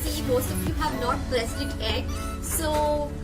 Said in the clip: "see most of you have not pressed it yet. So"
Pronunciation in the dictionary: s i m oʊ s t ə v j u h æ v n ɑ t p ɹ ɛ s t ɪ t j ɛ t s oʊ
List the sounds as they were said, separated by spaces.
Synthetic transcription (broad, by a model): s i m oʊ s t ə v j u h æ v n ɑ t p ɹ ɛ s ɪ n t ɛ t s oʊ